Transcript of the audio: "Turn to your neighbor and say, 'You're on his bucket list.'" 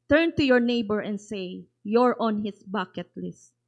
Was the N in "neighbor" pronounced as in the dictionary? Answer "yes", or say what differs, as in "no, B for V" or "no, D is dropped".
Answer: yes